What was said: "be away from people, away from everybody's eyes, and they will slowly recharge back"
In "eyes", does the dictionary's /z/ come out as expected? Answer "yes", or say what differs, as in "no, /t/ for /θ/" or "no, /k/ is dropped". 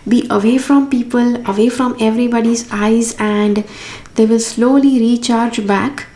yes